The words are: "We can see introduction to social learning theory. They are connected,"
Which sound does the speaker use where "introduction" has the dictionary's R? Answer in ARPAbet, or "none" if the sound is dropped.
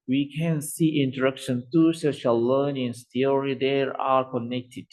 none